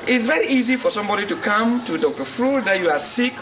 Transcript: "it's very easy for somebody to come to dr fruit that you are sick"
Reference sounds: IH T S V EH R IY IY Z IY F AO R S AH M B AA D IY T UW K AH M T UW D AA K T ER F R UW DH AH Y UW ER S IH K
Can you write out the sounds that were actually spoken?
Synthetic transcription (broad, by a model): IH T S V EH R IY IY Z IY F AO R S AH M B AA D IY T UW K AH M T UW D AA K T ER F R UW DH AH Y UW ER S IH K